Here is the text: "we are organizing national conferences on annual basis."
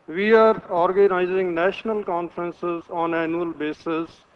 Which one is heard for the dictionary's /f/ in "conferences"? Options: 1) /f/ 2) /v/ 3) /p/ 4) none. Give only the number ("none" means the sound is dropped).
1